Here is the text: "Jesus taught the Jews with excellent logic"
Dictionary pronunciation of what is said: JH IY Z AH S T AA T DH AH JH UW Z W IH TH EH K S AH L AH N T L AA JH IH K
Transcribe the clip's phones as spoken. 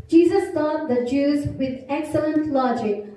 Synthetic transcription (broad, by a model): JH IY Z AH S T AA T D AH JH UW Z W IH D EH K S AH L AH N T L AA JH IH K